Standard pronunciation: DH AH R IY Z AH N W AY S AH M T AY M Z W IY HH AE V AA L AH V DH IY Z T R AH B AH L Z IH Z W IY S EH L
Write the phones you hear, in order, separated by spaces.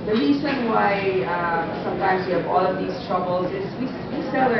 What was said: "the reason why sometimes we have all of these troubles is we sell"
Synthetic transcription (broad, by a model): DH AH R IY Z AH N W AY S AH M T AY M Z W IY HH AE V AA L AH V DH IY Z T R AH B AH L Z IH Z W IY S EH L